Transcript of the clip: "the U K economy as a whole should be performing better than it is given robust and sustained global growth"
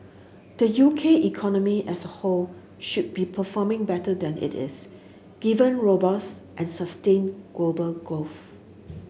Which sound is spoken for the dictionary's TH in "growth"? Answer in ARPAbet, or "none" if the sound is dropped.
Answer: F